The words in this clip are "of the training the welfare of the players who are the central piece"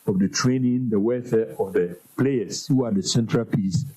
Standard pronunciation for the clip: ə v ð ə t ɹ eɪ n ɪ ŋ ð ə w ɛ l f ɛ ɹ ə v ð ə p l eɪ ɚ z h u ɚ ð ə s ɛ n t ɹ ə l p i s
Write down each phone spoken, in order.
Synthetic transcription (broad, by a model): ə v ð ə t ɹ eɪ n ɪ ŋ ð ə w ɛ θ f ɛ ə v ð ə p l eɪ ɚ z h u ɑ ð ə s ɛ n t ɹ ə l p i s